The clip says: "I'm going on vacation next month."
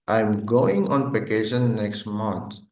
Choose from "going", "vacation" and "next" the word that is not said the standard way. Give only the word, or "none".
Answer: vacation